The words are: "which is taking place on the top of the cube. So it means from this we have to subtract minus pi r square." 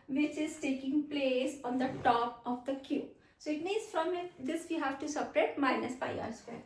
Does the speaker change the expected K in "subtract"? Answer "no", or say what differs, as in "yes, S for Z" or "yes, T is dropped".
yes, K is dropped